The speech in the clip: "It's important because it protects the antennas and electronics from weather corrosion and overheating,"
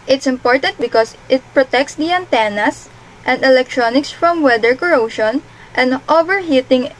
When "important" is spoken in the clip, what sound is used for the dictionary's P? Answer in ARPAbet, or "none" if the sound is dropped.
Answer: P